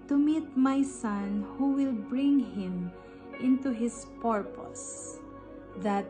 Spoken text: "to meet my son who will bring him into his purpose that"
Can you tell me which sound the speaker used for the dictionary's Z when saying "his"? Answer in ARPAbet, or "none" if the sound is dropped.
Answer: S